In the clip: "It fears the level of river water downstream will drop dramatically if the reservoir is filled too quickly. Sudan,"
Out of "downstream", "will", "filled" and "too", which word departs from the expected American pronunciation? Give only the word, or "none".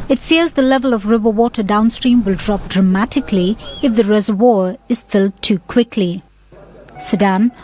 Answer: none